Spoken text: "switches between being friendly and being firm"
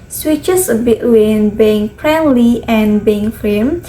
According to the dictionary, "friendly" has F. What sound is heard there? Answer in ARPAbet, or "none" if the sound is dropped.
P